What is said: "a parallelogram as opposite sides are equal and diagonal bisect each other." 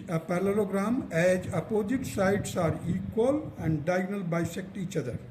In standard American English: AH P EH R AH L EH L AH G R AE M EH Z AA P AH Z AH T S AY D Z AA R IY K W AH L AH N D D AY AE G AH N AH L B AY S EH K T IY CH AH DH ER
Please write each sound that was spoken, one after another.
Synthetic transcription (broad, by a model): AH P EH R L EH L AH G R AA M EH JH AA P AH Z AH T S AY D S AA R IY K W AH L AH N D D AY G N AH L B AY S EH K T IY CH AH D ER